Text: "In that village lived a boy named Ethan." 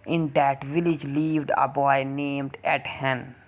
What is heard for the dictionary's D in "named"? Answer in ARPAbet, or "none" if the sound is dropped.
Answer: D